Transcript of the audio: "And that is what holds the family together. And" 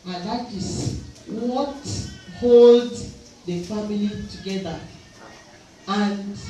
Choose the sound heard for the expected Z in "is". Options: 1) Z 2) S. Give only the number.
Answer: 2